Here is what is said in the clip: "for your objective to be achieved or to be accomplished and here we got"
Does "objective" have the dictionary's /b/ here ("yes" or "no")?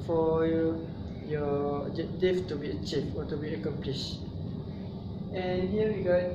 no